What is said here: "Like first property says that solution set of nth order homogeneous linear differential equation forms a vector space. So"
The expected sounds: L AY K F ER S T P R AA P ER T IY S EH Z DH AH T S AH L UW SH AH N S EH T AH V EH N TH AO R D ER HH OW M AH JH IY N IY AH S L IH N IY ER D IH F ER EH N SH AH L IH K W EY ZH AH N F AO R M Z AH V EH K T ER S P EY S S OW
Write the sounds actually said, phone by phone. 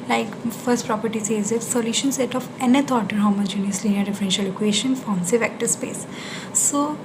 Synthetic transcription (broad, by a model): L AY K F ER S T P R AA P ER T IY S EH Z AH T S AH L UW SH AH N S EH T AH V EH N T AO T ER HH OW M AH JH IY N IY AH S L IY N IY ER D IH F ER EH N SH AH L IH K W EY SH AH N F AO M S AH V EH K T ER S P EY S S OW